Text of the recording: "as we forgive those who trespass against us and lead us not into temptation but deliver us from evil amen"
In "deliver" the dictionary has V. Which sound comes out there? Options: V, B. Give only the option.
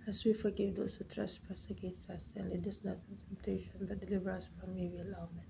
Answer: V